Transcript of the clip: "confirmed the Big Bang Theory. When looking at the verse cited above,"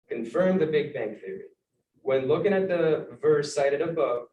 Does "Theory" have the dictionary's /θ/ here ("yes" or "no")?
yes